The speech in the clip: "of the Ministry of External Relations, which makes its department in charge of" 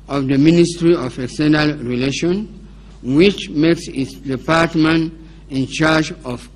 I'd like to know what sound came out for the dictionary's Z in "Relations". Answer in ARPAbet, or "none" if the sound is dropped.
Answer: none